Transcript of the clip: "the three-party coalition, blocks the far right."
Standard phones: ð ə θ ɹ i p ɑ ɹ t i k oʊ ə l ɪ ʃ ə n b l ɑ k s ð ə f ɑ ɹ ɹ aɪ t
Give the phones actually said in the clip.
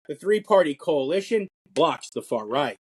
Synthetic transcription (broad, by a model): ð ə θ ɹ i p ɑ ɹ t i k oʊ ə l ɪ ʃ ə n b l ɑ k s ð ə f ɑ ɹ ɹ aɪ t